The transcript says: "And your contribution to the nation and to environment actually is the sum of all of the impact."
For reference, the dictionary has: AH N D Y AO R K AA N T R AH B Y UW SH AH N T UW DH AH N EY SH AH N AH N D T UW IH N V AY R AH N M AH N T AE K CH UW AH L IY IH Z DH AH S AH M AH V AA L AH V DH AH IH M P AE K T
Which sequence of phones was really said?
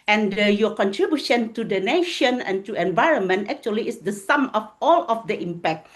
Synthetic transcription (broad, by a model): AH N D Y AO K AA N T R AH B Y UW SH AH N T UW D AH N EY SH AH N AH N T UW IH N V AY R AH N M AH N T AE K CH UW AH L IY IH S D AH S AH M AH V AA L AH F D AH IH M P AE K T